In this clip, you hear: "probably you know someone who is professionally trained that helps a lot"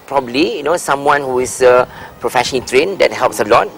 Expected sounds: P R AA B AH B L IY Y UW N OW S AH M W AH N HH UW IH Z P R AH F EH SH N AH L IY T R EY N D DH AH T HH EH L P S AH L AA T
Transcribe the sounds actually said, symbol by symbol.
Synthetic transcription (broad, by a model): P R AA B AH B L IY Y UW N OW S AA M W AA N HH UW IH S P R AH F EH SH AH N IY T R EY N D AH T HH EH L P S AH L AA T